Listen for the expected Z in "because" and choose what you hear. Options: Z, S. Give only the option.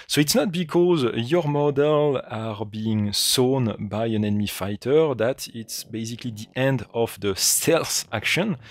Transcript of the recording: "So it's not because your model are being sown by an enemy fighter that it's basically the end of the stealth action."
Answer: Z